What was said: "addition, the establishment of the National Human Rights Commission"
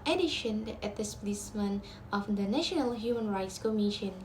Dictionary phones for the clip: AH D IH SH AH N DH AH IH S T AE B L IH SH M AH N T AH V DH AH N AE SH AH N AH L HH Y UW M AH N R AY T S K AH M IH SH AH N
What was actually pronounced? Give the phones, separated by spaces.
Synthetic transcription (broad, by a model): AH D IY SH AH N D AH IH T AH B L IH S M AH N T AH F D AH N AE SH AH N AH L HH Y UW M AH N R AY T S K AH M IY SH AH N